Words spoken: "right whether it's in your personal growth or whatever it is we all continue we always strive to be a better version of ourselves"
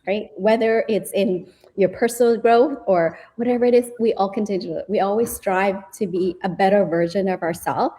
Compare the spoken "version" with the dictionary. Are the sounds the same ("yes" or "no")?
yes